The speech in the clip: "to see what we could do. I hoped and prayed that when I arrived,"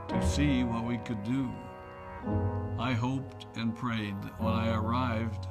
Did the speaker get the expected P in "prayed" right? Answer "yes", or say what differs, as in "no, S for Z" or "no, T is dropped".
yes